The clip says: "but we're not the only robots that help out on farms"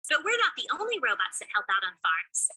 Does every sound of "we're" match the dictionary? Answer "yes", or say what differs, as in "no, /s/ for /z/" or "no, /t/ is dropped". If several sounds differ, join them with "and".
yes